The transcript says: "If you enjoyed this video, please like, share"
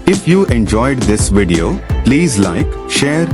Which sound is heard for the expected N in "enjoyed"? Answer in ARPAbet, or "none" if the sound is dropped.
N